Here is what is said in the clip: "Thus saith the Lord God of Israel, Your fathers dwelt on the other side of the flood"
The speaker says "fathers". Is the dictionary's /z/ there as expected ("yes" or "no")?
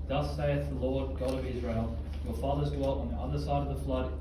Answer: yes